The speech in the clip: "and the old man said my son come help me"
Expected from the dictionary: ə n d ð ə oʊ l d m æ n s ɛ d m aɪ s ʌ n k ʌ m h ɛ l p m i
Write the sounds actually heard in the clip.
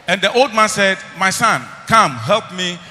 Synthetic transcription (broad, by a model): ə n d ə oʊ l d m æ n s ɛ d m aɪ s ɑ n k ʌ m h ɛ l p m i